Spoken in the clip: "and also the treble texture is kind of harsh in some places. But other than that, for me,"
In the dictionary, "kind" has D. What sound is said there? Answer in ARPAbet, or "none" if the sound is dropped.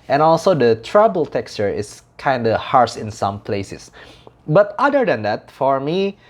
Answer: D